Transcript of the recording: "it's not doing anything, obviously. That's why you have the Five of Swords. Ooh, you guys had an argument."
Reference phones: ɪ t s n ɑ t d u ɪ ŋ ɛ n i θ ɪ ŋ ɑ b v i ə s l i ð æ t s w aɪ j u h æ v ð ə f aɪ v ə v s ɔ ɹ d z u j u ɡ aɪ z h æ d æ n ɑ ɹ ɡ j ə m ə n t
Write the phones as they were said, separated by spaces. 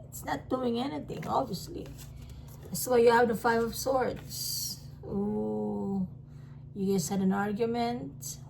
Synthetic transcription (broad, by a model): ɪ t s n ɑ t d u ɪ ŋ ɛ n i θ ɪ ŋ ɑ b v i ə s l i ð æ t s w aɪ j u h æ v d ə f aɪ v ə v s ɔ ɹ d s u j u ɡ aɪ s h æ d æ n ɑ ɹ ɡ j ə m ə n t